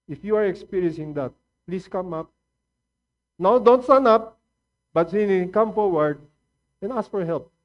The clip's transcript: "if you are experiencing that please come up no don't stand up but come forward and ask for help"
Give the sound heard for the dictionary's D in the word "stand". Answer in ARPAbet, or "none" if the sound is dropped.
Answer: none